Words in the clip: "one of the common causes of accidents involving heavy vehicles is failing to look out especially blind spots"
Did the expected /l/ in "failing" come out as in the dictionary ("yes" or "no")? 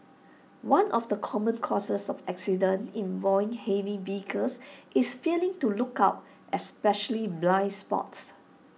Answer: yes